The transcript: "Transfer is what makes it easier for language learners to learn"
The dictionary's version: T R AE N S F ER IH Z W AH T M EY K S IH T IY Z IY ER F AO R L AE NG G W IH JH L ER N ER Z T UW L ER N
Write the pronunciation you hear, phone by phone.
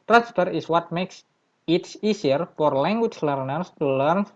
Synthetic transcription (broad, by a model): T R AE N S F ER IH S W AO T M EY K S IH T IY S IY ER F AO R L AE NG G W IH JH L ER N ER S T UW L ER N